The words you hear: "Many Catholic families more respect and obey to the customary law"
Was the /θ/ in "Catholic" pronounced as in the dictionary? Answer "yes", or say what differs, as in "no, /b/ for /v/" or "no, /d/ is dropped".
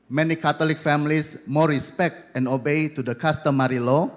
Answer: no, /t/ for /θ/